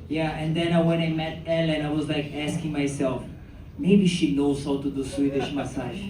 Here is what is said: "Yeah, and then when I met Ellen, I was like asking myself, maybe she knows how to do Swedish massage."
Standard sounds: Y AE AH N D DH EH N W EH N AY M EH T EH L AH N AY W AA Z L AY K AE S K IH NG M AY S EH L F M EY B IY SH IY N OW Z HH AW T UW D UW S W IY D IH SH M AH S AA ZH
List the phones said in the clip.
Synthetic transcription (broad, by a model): Y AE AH N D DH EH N W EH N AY M EH T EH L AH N AY W AA Z L AY K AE S K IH NG M AY S EH L F M EY B IY SH IY N OW Z HH AW T UW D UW S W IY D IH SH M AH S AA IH